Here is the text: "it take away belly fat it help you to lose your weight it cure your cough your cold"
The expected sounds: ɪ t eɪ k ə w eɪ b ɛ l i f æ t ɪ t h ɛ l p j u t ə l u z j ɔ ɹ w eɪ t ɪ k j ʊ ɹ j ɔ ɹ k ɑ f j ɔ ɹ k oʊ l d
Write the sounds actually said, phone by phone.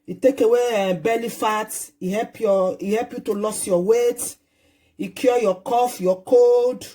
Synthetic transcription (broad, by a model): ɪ t eɪ k ə w eɪ b ɛ l i f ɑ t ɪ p h ɛ l p j u t ə l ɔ s j ɔ w eɪ t ɪ k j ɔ j ɔ k ɑ f j ɔ k oʊ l d